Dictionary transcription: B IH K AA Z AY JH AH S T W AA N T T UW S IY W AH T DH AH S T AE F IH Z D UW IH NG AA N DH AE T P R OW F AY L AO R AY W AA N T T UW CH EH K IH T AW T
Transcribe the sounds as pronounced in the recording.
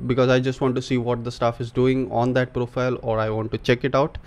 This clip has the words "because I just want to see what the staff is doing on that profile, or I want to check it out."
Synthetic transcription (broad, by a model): B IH K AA Z AY JH AH S T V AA N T T UW S IY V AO T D AH S T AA F IH Z D UW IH NG AA N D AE T P R OW F AY L AO R AY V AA N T T UW CH EH K IH T AW T